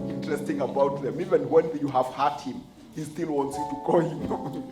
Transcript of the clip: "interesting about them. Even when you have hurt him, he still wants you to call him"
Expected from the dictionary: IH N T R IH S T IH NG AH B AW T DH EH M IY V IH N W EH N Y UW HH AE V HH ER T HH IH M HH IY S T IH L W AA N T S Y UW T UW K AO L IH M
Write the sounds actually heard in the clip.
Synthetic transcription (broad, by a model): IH N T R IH S T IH NG AH B AW T DH EH M IY V IH N W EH N Y UW HH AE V HH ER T HH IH M HH IY S T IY L W AA N T S Y UW T UW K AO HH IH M